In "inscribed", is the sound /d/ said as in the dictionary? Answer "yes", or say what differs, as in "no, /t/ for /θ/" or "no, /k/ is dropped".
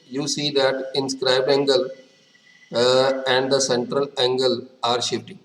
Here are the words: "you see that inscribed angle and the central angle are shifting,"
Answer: no, /d/ is dropped